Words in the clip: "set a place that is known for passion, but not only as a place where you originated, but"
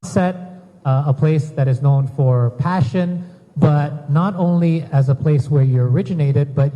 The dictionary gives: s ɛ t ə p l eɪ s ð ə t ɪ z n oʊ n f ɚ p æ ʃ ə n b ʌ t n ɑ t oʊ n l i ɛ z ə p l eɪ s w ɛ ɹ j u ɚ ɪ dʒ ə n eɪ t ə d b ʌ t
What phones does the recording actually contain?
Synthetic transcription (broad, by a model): s ɛ t ə p l eɪ s ð ə t ɪ z n oʊ n f ɚ p æ ʃ ə n b ʌ t n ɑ t oʊ n l i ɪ z ə p l eɪ s w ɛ ɹ j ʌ ɚ ɪ dʒ ə n eɪ t ə d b ʌ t